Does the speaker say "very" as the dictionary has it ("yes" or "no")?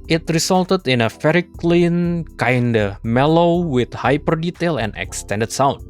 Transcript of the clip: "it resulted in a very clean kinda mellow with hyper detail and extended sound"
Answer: no